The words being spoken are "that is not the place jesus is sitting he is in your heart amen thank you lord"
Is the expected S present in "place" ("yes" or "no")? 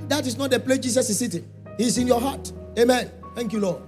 no